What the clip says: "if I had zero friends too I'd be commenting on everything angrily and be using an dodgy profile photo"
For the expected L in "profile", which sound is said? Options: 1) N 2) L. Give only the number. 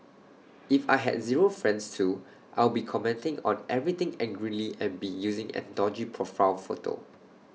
1